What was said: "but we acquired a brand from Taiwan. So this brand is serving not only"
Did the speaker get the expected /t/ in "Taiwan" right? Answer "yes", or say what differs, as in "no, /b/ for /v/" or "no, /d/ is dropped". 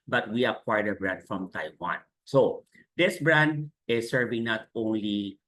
yes